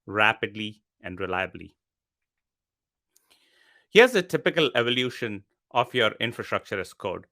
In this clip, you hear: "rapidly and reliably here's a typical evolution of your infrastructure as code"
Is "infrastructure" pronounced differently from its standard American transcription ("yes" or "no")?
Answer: no